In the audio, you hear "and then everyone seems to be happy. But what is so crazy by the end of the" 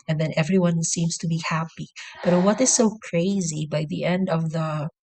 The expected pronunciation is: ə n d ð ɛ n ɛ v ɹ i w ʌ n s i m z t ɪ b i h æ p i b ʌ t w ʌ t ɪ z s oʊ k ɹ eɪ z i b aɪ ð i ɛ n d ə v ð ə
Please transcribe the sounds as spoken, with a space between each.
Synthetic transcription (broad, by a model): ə n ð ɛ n ɛ v ɹ i w ʌ n s i m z t ɪ b i h æ p i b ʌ t w ʌ t ɪ z s oʊ k ɹ eɪ z i b aɪ ð i ɛ n d ə v ð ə